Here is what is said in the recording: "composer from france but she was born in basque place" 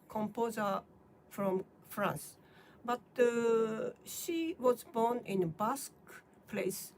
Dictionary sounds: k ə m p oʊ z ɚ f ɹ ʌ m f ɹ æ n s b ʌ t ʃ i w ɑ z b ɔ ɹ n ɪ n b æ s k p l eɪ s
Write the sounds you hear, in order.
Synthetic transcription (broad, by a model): k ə m p oʊ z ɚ f ɹ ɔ m f ɹ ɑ n s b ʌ t ʃ i w ɑ z b ɔ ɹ n ɪ n b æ s k p l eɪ s